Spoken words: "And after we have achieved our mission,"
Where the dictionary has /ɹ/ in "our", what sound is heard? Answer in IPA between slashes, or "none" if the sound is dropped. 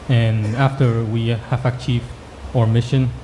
/ɹ/